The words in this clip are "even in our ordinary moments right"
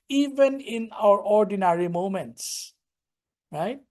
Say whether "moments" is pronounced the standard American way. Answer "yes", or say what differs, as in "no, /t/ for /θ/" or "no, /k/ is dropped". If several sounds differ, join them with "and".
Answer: yes